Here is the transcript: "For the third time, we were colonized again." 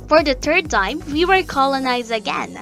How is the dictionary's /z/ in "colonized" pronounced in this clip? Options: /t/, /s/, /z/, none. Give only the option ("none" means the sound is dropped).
/z/